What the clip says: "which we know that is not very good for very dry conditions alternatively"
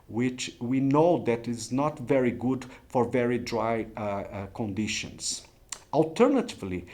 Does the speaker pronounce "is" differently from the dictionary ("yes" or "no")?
no